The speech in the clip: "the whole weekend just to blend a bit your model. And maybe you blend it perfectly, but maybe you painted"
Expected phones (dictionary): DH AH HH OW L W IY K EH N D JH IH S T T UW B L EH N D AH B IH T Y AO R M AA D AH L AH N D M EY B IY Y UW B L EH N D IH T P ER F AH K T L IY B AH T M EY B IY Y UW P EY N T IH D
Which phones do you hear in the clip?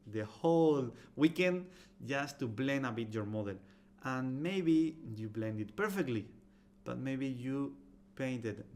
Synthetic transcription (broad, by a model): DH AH HH OW L W IY K EH N D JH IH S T T UW B L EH N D AH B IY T Y AO R M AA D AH L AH N M EY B IY Y UW B L EH N D IH T P ER F AH K T L IY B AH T M EY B IY Y UW P EY N T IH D